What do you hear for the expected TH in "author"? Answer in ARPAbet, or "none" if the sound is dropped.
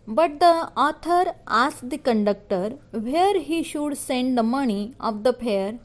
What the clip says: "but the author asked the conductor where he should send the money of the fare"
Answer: T